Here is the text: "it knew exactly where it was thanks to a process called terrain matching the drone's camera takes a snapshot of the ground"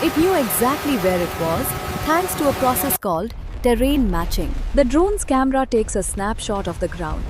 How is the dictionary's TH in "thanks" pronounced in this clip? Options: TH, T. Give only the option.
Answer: T